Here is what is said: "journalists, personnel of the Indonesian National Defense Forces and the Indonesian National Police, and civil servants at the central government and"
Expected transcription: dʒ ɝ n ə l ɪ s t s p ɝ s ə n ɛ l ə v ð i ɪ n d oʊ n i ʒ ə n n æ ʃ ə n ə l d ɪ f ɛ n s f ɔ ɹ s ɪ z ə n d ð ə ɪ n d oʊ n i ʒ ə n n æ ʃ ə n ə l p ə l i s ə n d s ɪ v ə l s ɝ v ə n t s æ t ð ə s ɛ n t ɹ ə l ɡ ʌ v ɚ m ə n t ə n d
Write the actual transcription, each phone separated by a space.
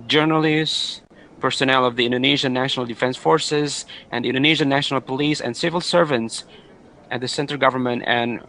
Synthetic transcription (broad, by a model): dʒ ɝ n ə l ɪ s s p ɝ s ə n ɛ l ə v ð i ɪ n d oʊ n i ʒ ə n n æ ʃ ə n ə l d ɪ f ɛ n s f ɔ ɹ s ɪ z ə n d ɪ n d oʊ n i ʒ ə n n æ ʃ ə n ə l p ə l i s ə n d s ɪ v ə l s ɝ v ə n t s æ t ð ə s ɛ n t ə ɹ ɡ ʌ v ɚ m ə n t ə n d